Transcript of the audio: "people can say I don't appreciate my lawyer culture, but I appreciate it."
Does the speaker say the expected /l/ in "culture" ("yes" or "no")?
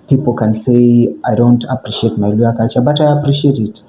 no